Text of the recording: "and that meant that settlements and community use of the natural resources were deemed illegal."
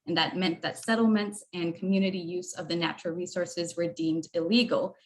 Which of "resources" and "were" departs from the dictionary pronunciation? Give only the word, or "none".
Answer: none